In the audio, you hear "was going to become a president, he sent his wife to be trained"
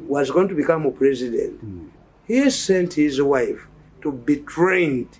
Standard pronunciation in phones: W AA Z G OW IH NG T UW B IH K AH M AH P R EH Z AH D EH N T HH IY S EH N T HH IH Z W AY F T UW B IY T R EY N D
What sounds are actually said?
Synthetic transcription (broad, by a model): W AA Z G OW IH NG T UW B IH K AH M AH P R EH Z AH D EH N T HH IY S EH N T HH IH Z W AY F T UW B IY T R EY N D